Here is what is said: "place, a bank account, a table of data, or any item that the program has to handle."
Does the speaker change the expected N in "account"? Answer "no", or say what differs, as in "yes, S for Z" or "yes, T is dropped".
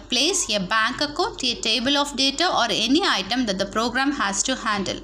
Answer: yes, N is dropped